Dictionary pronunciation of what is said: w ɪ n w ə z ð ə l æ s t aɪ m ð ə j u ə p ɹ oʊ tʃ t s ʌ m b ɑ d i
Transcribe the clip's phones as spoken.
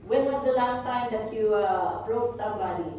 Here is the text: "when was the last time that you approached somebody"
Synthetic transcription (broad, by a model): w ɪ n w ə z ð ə l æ s t aɪ m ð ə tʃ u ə b ɹ oʊ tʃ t s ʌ m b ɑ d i